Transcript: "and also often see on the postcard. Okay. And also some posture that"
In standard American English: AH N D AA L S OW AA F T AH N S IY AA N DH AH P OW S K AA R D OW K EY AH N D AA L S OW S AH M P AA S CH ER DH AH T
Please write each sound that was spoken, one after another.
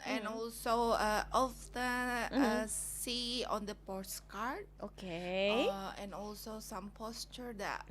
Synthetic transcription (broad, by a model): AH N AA L S OW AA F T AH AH S IY AA N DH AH P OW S K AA R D OW K EY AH N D AA L S OW S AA M P AA S CH ER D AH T